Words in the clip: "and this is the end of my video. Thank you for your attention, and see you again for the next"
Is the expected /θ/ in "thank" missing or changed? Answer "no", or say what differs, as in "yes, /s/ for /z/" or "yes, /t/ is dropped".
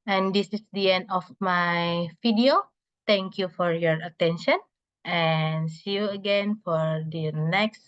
yes, /t/ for /θ/